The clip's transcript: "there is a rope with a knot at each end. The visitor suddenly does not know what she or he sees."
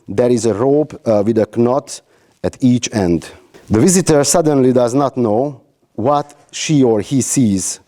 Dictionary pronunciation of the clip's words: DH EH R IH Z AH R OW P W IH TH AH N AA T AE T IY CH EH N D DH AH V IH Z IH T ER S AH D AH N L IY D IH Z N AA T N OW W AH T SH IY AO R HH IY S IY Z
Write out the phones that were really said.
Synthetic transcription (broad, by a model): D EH R IH Z AH R OW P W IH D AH N AA T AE T IY CH EH N D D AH V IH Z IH T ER S AH D AH N L IY D IH Z N AA T N OW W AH T SH IY AO R HH IY S IY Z